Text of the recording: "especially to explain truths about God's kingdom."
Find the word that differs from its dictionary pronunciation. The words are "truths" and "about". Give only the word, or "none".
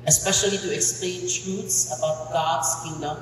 truths